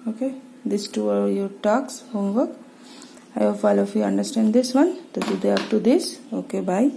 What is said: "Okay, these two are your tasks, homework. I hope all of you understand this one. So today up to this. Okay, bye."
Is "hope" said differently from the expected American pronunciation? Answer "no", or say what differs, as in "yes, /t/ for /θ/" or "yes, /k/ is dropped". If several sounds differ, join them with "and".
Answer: yes, /f/ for /p/